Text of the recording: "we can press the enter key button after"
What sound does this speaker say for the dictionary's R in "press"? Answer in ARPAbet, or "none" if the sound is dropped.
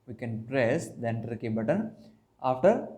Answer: R